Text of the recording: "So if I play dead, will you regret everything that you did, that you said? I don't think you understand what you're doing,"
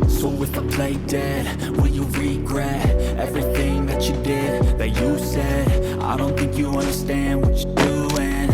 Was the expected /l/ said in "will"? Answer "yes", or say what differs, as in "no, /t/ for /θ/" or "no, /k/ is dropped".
no, /n/ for /l/